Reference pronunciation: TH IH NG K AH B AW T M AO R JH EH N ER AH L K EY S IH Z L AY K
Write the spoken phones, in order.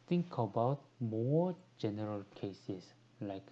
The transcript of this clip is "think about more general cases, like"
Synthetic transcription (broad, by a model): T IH NG K AH B AW T M AO JH EH N ER AH L K EY S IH S L AY K